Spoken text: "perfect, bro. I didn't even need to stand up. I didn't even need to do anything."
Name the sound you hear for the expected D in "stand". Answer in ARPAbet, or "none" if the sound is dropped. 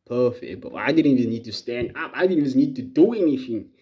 D